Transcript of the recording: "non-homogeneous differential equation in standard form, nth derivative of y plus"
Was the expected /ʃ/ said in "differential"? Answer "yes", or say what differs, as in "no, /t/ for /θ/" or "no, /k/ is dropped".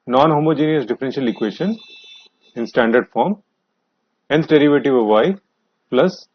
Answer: yes